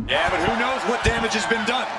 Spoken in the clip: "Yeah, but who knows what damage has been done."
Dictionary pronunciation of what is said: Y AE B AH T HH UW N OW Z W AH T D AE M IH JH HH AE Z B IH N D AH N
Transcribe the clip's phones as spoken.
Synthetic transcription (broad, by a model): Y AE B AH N HH UW N OW Z W AH T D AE M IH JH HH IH Z B IH N D AH N